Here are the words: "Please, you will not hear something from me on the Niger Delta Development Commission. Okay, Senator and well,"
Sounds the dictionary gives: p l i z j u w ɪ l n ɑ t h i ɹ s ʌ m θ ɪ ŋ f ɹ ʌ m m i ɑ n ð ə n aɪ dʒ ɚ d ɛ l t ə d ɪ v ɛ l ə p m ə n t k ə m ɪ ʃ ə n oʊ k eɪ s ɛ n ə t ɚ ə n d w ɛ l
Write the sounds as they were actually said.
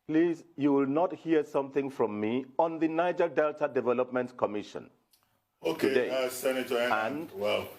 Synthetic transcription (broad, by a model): p l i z j u w ɪ l n ɑ t h i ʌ s ʌ m θ ɪ ŋ f ɹ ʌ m m i ɑ n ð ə n aɪ dʒ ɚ d ɛ l t ə d ɪ v ɛ l ə p m ə n t k ə m ɪ ʃ ə n oʊ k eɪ s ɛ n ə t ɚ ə n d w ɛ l